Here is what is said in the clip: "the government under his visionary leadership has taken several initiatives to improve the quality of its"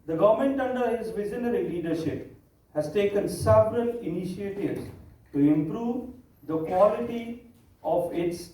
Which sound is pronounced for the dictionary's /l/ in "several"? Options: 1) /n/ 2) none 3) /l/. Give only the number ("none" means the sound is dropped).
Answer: 1